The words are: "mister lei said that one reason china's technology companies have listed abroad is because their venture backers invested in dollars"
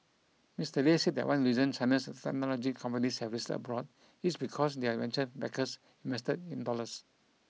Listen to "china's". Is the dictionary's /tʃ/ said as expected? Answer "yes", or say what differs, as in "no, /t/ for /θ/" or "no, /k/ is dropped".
no, /s/ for /tʃ/